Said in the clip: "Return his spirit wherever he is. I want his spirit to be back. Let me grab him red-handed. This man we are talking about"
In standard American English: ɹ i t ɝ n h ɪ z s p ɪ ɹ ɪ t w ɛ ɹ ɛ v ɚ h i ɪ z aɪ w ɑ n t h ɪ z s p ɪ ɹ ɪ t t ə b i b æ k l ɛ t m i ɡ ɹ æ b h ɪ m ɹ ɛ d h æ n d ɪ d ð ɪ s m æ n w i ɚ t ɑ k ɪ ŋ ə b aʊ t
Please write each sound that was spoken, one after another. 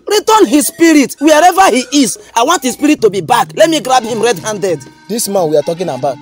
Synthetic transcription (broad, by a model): ɹ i t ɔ n h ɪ s p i ɹ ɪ t w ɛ ɹ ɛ v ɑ h i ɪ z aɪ w ɑ n t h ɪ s p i ɹ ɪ t t ə b i b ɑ k l ɛ t m i ɡ ɹ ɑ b h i m ɹ ɛ d h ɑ n d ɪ d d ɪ s m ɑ n w i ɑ t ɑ k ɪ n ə b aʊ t